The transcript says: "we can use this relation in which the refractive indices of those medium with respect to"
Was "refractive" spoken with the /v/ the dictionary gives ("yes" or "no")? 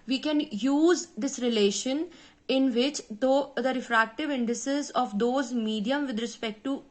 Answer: yes